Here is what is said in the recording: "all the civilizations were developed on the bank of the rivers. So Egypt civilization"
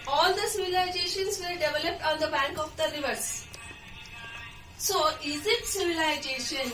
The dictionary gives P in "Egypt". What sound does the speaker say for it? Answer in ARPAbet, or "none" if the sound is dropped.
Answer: none